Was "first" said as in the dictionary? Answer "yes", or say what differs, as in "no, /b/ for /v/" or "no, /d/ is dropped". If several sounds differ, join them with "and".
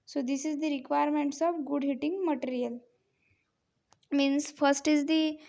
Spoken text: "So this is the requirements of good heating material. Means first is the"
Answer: yes